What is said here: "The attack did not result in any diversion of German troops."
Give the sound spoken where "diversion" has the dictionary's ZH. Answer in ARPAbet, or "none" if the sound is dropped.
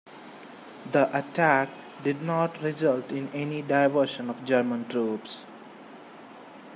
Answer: SH